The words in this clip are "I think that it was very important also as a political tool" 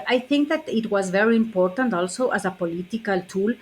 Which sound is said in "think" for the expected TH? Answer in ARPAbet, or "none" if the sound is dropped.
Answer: TH